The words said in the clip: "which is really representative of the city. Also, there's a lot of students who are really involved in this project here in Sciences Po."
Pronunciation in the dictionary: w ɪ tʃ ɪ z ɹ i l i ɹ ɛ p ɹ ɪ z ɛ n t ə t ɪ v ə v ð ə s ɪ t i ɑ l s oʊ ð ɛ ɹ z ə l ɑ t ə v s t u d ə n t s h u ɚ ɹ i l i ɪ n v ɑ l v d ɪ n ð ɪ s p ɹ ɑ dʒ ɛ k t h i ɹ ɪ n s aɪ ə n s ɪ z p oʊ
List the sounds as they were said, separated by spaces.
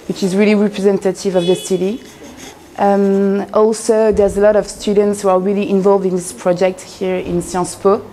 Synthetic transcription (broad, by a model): w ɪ tʃ ɪ z ɹ i l i ɹ ɛ p ɹ ɪ z ɛ n t ə t ɪ v ə v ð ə s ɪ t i ɑ l s oʊ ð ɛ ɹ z ə l ɑ t ə v s t u d ə n t s h u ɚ ɹ i l i ɪ n v ɑ l v d ɪ n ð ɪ s p ɹ ɑ dʒ ɛ k t h i ɹ ɪ n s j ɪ s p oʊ